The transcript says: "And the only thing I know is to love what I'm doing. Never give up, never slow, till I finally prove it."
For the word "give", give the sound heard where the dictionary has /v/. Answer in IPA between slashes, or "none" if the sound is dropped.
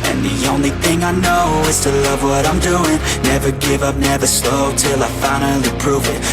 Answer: /v/